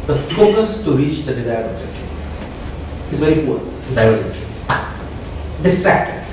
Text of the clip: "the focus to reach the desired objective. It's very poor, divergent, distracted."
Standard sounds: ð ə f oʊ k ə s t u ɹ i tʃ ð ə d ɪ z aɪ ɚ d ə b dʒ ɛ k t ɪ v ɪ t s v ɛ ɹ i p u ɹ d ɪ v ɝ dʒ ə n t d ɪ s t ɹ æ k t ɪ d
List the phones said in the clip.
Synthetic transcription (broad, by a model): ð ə f oʊ k ə s t u ɹ i tʃ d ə d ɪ z aɪ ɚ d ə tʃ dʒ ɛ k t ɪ ɪ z v ɛ ɹ i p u ɹ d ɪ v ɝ ʃ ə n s d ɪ s t ɹ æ k t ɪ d